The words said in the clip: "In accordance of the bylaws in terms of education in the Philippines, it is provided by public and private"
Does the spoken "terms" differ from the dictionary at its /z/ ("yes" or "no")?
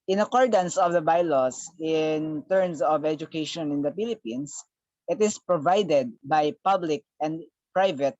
yes